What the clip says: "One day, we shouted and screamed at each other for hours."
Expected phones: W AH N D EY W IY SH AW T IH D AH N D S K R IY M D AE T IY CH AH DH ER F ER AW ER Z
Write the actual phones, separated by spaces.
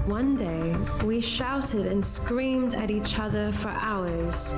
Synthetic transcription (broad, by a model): W AH N D EY W IY SH AW T IH D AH N S K R IY M D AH T IY CH AH DH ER F ER AW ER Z